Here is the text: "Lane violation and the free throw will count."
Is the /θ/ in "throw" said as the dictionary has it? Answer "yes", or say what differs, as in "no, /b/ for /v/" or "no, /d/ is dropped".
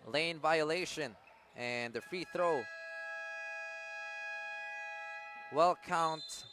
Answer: yes